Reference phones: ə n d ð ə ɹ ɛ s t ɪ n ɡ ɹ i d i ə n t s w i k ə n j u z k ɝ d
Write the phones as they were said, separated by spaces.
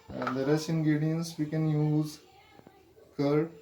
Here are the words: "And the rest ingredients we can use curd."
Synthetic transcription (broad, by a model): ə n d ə ɹ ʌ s ɪ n ɡ ɹ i d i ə n s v i k ə n j u z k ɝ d